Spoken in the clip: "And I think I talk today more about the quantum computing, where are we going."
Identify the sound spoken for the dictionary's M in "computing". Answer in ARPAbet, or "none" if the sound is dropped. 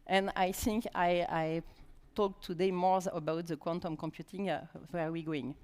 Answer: M